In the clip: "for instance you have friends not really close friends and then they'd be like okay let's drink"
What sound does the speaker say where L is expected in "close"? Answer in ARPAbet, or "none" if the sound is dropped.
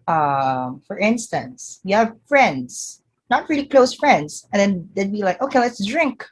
L